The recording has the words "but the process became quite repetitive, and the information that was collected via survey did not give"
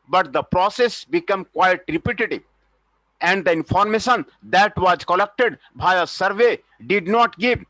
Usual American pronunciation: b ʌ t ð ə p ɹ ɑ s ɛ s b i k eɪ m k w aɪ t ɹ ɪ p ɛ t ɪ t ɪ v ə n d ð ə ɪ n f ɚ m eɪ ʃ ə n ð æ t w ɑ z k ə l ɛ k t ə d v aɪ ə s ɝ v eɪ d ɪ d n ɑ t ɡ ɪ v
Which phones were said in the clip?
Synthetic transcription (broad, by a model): b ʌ t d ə p ɹ ɑ s ɛ s b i k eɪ m k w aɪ t ɹ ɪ p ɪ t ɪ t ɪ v ə n d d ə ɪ n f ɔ m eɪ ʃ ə n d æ t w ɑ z k ə l ɛ k t ə d b aɪ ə s ɝ v eɪ d ɪ d n ɑ t ɡ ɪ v